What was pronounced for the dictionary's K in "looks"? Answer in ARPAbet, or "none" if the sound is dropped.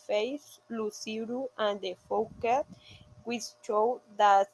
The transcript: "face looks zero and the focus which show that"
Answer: none